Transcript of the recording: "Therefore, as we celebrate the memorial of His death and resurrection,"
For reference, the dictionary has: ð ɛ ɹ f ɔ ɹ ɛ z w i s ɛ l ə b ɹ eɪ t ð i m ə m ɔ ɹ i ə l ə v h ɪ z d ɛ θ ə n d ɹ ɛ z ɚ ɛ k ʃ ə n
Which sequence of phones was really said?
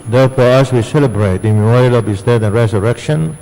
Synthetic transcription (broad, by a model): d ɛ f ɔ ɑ s w i s ɛ l ə b ɹ eɪ t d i m ə m ɔ ɹ i ə l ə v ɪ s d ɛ t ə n ɹ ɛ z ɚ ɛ k ʃ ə n